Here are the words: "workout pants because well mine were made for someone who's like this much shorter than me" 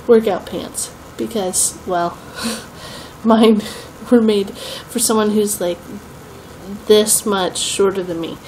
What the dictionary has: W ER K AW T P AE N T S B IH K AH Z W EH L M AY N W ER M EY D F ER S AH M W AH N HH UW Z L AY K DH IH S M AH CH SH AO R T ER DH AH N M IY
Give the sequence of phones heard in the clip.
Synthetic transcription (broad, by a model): W ER K AW T P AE N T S B IH K AH Z W EH L M AY N W ER M EY D F ER S AH M W AH N HH UW Z L AY K DH IH S M AH CH SH AO R T ER DH AH N M IY